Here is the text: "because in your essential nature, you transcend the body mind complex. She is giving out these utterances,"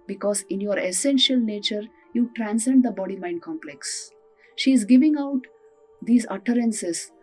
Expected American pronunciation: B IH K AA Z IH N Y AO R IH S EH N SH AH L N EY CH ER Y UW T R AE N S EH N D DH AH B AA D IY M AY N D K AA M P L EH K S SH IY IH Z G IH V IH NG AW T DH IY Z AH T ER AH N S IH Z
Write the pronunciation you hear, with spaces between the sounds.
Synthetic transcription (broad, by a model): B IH K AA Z IH N Y AO R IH S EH N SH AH L N EY CH ER Y UW T R AE N S EH N D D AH B AA D IY M AY N D K AA M P L EH K S SH IY IH Z G IH V IH NG AW T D IY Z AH T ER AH N S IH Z